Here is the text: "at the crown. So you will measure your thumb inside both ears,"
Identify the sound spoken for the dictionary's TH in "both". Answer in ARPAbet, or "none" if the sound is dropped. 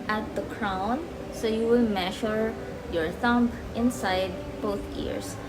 T